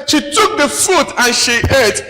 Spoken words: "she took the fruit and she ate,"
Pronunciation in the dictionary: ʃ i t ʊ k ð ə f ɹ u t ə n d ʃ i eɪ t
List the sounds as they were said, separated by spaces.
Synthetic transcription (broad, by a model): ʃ i t ʊ k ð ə f u t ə n ʃ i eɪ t